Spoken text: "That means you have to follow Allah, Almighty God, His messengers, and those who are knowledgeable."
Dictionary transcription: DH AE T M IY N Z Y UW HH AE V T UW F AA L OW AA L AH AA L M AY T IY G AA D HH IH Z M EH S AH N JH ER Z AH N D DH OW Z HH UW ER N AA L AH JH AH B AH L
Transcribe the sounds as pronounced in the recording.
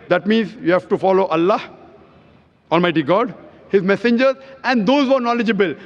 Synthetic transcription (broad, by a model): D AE T M IY N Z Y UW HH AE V T UW F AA L OW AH L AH AA L M AY T IY G AA D HH IH Z M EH S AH N JH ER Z AH N D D OW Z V ER N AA L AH JH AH B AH L